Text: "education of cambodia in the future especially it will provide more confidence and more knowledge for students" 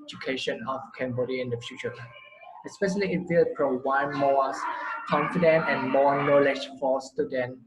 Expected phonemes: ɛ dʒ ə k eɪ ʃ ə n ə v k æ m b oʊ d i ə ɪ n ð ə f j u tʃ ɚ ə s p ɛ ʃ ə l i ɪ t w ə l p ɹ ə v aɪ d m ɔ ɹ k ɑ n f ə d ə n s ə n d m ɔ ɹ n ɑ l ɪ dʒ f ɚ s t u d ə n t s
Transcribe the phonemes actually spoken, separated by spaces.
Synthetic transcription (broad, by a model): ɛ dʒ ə k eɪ ʃ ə n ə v k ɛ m b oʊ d i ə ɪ n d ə f j u tʃ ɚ ə s p ɛ ʃ ə l i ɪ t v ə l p ɹ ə w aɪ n m ɔ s k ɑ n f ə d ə n ə n m ɔ n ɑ l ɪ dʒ f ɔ s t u d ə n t